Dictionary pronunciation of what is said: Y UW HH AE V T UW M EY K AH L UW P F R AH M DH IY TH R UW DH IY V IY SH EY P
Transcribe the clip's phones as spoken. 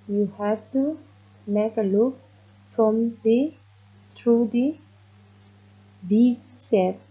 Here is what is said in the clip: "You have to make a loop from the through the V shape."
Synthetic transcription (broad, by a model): Y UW HH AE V T UW M EY K AH L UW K F R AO M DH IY T R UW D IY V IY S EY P